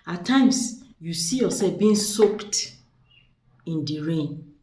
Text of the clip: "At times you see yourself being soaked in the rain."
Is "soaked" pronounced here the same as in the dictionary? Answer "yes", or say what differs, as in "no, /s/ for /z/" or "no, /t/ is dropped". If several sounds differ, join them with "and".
yes